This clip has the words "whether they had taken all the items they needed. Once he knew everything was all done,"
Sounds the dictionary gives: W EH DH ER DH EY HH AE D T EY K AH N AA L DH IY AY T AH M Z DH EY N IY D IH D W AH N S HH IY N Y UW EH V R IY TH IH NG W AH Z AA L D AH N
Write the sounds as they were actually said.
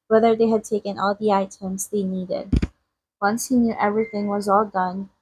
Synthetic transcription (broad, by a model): W EH DH ER DH EY HH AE D T EY K AH N AA L DH IY AY T AH M Z DH EY N IY D IH D W AH N S HH IY N Y UW EH V R IY TH IH NG W AH Z AA L D AH N